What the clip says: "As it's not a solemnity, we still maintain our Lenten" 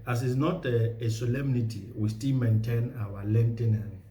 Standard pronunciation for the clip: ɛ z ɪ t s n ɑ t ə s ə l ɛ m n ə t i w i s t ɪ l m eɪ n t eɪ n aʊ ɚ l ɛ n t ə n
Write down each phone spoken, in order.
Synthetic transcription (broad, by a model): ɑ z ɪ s n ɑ t ə s ə l ɛ m n ə t i w i s t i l m eɪ n t eɪ n aʊ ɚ l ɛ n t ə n